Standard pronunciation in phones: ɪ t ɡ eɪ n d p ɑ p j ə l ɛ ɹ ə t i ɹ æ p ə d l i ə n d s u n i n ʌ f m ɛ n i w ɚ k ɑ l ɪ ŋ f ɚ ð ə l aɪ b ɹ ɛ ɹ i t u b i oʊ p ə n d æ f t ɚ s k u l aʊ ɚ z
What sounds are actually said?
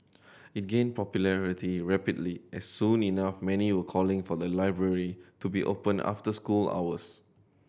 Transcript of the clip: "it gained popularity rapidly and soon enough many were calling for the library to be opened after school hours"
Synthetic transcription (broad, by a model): ɪ t ɡ eɪ n p ɑ p j ə l ɛ ɹ ə t i ɹ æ p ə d l i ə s s u n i n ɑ f m ɛ n i w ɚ k ɑ l ɪ ŋ f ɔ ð ə l aɪ b ɹ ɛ ɹ i t u b i oʊ p ə n ɑ f t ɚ s k u l aʊ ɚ s